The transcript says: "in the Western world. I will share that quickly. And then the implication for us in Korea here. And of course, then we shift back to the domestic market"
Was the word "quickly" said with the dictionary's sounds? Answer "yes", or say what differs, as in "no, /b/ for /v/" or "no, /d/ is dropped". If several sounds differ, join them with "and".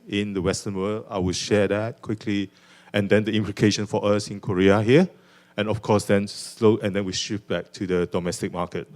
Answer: yes